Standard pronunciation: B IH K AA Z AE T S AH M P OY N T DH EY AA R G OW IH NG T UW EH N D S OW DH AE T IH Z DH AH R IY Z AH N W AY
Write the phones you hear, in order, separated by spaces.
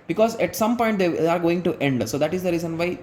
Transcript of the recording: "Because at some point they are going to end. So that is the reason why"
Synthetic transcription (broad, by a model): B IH K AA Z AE T S AH M P OY N T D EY AA R G OW IH NG T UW EH N D S OW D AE T IH Z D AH R IY Z AH N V AY